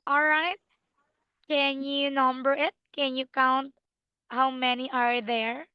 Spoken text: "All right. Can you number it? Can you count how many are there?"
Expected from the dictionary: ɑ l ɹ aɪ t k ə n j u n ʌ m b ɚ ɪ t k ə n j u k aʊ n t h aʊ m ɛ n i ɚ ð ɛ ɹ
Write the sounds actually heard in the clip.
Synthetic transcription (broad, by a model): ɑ l ɹ aɪ t k ə n j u n ʌ m b ɚ ɪ t k ə n j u k aʊ n t h aʊ m ɛ n i ɚ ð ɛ ɹ